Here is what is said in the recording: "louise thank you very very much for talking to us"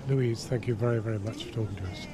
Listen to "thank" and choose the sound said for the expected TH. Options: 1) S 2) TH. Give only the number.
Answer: 2